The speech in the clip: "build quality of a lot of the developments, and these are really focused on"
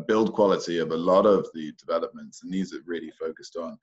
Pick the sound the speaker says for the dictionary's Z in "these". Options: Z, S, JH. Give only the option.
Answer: Z